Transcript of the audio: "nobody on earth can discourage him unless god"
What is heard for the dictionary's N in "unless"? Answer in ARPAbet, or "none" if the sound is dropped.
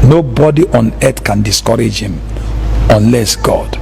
N